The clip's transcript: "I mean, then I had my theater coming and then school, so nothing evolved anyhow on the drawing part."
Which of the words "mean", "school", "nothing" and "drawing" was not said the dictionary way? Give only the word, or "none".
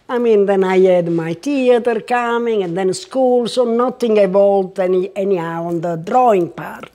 nothing